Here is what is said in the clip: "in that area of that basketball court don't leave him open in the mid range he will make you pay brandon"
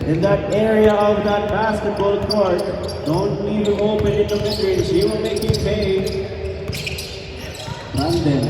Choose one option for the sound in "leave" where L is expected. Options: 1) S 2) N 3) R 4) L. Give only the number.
2